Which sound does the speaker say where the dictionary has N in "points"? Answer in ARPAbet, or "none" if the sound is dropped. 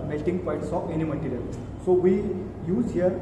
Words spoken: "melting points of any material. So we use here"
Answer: none